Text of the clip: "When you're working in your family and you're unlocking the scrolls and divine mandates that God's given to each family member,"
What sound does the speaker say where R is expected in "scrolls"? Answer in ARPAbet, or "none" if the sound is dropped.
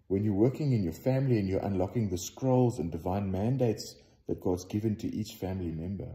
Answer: R